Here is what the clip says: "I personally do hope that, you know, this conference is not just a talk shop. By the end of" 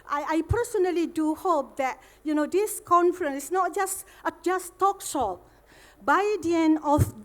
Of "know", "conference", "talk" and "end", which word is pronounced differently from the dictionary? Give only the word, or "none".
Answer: end